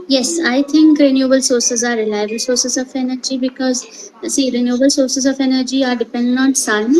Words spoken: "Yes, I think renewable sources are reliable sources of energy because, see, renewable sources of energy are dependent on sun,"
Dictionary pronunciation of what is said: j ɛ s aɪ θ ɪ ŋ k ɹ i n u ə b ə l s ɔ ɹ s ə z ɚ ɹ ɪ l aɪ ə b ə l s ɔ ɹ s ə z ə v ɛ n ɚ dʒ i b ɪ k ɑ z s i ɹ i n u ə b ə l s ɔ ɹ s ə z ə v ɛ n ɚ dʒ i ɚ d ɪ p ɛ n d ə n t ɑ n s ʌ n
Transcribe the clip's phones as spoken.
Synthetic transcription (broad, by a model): j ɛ s aɪ t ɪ ŋ k ɹ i n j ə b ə l s ɔ ɹ s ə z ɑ ɹ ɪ l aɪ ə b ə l s ɔ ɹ s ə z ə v ɛ n ɚ dʒ i b ɪ k ɑ z s i ɹ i n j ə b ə l s ɔ ɹ s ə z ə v ɛ n ɚ dʒ i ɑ d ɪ p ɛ n d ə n ɑ n s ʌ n